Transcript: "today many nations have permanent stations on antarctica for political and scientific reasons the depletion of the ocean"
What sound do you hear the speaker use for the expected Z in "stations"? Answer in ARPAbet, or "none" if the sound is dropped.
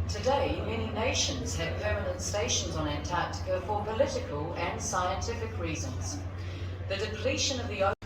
Z